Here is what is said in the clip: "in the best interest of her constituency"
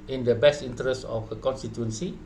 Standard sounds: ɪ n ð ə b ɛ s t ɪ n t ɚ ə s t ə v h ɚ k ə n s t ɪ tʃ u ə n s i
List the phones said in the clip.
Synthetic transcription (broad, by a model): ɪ n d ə b ɛ s t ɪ n t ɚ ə s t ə f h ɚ k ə n s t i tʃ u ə n s i